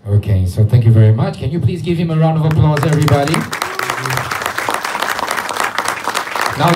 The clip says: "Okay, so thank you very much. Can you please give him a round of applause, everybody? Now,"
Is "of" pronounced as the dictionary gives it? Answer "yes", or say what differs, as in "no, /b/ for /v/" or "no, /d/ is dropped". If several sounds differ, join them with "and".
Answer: yes